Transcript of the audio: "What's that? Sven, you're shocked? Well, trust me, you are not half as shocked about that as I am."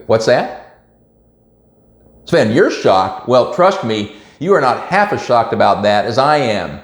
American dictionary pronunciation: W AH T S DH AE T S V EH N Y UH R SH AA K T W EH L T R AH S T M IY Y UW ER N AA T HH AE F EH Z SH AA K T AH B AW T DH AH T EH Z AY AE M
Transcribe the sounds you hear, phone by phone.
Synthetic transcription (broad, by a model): W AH T S DH AE T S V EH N Y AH R SH AA K T W EH L T R AH S T M IY Y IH ER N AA T HH AE F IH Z SH AA K T AH B AW T DH AH T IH Z AY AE M